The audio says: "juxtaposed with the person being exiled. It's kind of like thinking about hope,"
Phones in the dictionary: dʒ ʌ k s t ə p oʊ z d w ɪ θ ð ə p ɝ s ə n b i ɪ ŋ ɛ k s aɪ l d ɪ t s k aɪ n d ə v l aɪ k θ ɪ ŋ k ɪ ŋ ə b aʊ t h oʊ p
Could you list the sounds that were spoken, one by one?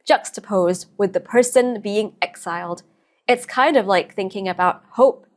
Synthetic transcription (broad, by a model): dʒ ʌ k s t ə p oʊ z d w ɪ ð ə p ɝ s ə n b i ɪ ŋ ɛ k s aɪ l d ɪ t s k aɪ n d ə v l aɪ k θ ɪ ŋ k ɪ ŋ ə b aʊ t h oʊ p